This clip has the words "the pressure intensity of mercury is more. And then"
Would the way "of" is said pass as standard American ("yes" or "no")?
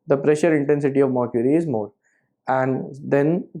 yes